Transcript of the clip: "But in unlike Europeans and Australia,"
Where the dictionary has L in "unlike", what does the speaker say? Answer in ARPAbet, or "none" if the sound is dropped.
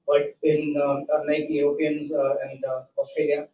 none